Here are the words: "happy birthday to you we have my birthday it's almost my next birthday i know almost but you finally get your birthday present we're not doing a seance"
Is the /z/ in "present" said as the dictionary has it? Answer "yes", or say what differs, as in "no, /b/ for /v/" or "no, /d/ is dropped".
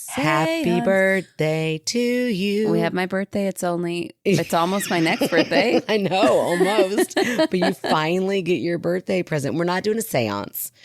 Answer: yes